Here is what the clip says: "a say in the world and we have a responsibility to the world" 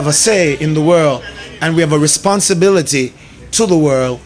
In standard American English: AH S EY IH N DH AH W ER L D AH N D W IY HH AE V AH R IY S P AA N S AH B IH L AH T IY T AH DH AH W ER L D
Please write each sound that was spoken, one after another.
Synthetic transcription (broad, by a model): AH S EY IH N DH AH W ER L D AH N W IY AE V AH R IY S P AA N S AH B IH L AH T IY T AH DH AH W ER L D